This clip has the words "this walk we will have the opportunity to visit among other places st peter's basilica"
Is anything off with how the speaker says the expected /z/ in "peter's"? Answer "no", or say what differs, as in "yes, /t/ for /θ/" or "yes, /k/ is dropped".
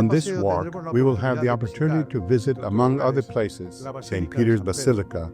no